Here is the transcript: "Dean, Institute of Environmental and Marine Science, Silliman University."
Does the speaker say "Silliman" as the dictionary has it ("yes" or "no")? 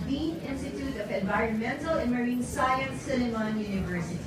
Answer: no